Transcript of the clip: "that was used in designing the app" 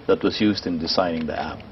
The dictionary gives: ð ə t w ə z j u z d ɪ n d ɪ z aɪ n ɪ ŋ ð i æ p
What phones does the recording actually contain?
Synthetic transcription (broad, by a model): ð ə t w ə z j u z d ɪ n d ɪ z aɪ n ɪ ŋ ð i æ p